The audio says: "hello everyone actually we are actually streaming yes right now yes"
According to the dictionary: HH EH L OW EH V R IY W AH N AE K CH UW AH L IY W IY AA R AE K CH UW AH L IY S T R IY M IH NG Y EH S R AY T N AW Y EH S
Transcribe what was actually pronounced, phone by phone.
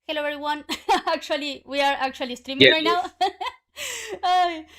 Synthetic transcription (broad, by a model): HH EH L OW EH R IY W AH N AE K CH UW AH L IY W IY AA R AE K CH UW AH L IY S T R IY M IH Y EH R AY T N AW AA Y